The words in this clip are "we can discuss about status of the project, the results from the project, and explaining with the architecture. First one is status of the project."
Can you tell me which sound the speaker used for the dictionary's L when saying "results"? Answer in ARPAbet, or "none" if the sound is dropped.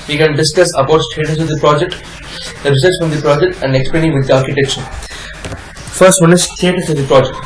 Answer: none